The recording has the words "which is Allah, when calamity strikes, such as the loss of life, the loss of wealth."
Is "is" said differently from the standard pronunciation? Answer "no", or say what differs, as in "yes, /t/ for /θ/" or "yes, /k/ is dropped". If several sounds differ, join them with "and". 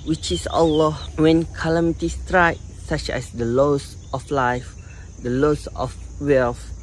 yes, /s/ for /z/